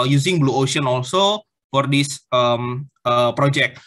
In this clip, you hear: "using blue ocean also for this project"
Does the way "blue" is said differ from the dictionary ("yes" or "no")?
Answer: no